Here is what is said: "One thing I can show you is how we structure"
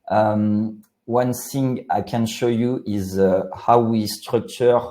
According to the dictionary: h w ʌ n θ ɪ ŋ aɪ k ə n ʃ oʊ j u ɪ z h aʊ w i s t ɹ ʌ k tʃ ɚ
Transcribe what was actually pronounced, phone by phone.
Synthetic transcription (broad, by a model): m w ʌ n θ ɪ ŋ aɪ k ə n ʃ oʊ j u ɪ z h aʊ w i s t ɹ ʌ k tʃ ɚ